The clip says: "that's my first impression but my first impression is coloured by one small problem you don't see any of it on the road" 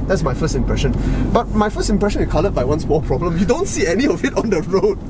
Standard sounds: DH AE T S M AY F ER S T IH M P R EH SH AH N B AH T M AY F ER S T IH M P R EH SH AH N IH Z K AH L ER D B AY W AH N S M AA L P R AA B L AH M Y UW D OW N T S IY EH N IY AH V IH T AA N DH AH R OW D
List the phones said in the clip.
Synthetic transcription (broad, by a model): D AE T S M AY F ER S T IH M P R EH SH AH N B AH T M AY F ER S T IH M P R EH SH AH N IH S K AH L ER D B AY W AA N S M AA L P R AA B L AH M Y UW D OW N T S IY EH N IY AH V IH T AA N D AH R OW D